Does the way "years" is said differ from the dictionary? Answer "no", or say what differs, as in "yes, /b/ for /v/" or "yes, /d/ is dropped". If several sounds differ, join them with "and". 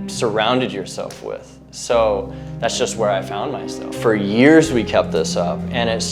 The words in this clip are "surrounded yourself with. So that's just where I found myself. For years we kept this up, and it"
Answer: no